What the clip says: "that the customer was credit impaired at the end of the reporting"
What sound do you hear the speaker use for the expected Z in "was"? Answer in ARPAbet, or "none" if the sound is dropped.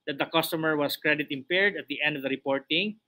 S